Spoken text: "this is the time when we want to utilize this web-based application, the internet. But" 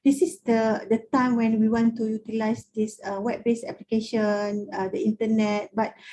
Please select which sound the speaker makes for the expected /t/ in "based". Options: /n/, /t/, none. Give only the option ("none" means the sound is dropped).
none